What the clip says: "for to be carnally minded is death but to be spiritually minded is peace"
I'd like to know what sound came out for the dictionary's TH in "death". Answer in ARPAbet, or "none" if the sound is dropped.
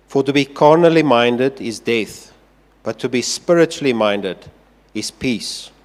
TH